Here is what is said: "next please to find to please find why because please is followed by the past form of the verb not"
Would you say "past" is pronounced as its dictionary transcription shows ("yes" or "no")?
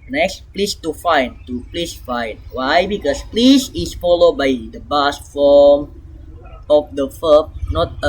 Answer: no